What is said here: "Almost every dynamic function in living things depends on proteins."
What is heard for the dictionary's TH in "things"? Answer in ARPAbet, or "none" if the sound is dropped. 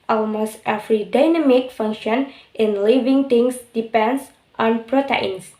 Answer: T